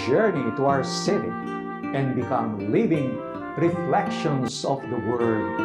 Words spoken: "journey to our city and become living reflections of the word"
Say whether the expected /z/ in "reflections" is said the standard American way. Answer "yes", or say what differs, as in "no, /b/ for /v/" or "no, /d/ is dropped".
no, /s/ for /z/